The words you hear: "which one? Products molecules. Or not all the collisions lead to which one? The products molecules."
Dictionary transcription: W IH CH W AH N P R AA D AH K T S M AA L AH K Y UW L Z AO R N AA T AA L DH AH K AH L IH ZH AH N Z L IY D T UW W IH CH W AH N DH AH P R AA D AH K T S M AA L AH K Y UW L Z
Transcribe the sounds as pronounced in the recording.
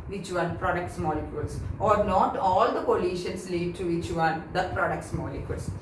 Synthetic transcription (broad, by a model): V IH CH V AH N P R AA D AH K T S M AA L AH K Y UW L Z AO R N AA T AA L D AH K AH L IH SH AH N S L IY D T UW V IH CH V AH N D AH P R AA D AH K T S M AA L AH K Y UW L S